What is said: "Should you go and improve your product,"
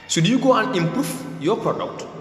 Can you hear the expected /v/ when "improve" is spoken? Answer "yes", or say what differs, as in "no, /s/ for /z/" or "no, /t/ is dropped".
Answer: no, /f/ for /v/